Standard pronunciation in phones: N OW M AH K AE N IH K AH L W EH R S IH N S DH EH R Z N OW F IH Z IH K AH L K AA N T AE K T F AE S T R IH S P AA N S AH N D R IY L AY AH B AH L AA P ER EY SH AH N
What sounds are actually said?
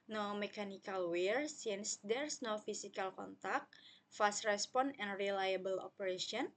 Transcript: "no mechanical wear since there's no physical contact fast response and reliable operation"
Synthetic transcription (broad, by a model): N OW M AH K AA N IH K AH L W EH R S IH N S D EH R S N OW F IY S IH K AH L K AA N T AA K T F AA S T R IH S P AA N AH N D R IY L AY AH B AH L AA P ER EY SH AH N